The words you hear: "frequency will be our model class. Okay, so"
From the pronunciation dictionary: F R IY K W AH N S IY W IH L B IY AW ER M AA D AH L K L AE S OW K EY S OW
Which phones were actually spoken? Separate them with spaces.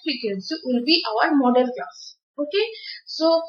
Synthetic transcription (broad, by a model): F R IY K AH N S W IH L B IY AW ER M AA D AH N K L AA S OW K EY S OW